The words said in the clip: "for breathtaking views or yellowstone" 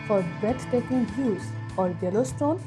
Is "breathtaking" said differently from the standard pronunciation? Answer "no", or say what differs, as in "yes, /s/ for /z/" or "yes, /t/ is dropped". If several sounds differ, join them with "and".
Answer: yes, /ɹ/ is dropped and /t/ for /θ/